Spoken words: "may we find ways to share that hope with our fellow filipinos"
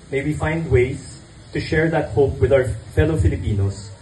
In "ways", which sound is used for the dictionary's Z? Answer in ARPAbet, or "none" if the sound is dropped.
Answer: S